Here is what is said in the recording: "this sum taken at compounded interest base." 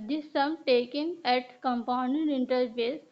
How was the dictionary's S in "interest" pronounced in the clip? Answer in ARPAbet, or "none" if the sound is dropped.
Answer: none